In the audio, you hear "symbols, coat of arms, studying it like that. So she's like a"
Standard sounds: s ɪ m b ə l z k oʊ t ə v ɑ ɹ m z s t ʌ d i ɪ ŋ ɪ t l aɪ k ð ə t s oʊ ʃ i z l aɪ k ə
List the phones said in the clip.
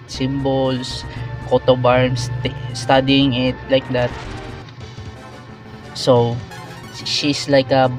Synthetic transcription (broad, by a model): s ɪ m b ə l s k oʊ t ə b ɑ ɹ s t s t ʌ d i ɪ ŋ ɪ t l aɪ k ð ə t s oʊ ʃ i s l aɪ k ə